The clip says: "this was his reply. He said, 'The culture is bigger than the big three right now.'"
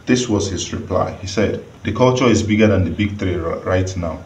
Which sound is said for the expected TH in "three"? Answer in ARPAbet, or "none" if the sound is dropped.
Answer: T